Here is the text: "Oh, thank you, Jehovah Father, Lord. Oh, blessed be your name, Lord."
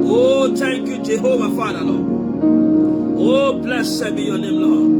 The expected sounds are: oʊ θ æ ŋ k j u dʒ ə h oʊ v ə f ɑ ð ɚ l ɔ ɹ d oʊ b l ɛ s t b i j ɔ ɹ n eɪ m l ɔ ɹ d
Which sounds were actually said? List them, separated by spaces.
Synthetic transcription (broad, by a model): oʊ t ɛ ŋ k j u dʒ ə h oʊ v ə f ɑ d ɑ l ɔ oʊ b l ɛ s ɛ b i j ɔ n eɪ m l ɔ